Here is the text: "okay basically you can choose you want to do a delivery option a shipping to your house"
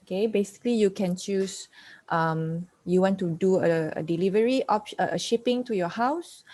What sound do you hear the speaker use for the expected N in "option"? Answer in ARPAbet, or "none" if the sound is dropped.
none